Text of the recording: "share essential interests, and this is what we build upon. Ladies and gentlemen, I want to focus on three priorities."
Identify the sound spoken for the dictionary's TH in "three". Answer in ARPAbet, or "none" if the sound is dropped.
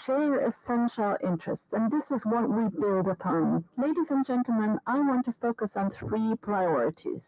TH